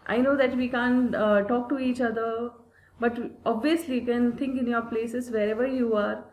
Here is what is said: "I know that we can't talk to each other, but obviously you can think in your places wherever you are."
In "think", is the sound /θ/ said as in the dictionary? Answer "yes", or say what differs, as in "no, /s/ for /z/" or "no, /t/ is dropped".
no, /t/ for /θ/